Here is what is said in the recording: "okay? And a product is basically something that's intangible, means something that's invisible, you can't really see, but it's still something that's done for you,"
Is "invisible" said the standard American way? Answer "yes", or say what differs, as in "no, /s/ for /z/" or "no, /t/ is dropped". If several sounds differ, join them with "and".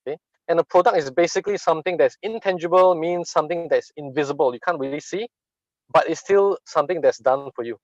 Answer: yes